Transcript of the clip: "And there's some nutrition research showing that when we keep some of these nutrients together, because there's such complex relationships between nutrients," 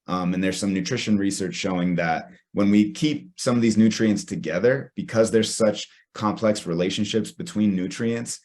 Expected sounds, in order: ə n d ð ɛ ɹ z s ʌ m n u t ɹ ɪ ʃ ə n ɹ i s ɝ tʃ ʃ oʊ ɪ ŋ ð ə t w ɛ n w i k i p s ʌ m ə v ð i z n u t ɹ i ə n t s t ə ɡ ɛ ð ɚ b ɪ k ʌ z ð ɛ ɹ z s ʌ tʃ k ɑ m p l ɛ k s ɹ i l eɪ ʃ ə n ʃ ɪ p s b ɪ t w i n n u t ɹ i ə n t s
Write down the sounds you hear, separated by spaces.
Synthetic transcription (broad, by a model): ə n ð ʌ ɹ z s ʌ m n u t ɹ ɪ ʃ ə n ɹ i s ɝ tʃ ʃ oʊ ɪ ŋ ð ə t w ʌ n w i k i p s ʌ m ə v ð i z n u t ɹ i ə n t s t ə ɡ ɛ ð ɚ b ɪ k ʌ z ð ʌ ɹ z s ʌ tʃ k ɑ m p l ɛ k s ɹ i l eɪ ʃ ə n ʃ ɪ p s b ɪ t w i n n u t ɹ i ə n t s